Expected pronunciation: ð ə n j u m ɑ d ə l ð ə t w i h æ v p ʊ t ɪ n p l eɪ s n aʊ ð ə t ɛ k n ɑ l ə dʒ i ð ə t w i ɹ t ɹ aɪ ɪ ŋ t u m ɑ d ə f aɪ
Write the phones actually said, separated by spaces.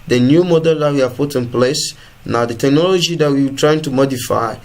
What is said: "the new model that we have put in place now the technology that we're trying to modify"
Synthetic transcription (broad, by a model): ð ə n j u m ɑ d ə l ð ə t w i h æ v p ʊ t ɪ n p l eɪ s n aʊ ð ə t ɛ k n ɑ l ə dʒ i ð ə t w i w t ɹ aɪ ɪ ŋ t u m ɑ d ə f aɪ